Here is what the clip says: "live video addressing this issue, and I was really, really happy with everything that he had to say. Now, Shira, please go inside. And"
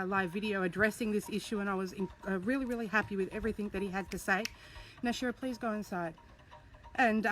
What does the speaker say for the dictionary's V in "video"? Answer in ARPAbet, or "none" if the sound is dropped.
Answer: V